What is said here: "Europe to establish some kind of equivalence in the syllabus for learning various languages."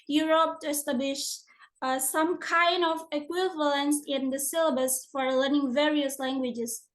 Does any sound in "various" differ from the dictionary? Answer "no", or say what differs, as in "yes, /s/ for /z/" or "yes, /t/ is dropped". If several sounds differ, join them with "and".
no